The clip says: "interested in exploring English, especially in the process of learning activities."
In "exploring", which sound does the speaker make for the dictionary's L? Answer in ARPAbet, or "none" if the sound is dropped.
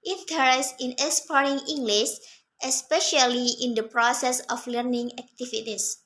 none